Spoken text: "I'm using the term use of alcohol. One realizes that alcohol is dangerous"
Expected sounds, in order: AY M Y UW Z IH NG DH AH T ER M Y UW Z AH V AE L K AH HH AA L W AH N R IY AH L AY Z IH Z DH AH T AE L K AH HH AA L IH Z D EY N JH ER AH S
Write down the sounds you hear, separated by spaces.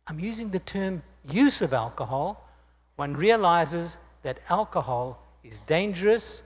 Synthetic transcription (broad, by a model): AY M Y UW Z IH NG DH AH T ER M Y UW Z AH V AE L K AH HH AA L W AH N R IY AH L AY Z IH Z DH AH T AE L K AH HH AA L IH Z D EY N JH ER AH S